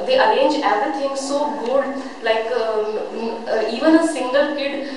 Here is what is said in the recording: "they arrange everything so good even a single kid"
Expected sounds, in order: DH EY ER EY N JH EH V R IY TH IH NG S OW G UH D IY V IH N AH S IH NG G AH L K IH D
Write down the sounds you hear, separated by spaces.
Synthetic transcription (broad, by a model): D EY ER EY N JH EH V R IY T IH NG S OW G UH D IY V IH N AH S IH NG G AH L K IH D